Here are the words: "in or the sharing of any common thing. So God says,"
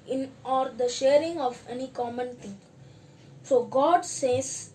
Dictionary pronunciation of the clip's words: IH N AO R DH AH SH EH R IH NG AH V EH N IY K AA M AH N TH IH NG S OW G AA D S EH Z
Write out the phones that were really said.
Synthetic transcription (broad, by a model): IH N AO R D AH SH EH R IH NG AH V EH N IY K AA M AH N T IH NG S OW G AA D S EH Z